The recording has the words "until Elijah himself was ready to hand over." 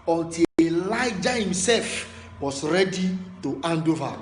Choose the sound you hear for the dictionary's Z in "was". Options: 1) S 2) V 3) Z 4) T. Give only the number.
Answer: 1